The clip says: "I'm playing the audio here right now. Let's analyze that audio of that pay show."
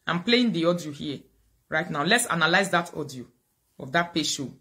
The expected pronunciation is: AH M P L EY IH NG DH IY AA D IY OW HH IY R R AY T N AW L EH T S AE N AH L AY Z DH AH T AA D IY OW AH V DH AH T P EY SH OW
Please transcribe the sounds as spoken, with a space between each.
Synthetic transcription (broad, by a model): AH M P L EY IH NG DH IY AA D IY OW HH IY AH R AY T N AW L EH T S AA N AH L AY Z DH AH T AA D IY OW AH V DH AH T P EY SH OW